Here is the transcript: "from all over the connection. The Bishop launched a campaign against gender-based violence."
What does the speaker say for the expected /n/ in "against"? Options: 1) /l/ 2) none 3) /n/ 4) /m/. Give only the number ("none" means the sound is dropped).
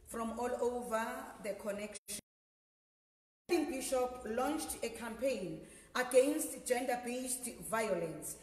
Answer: 3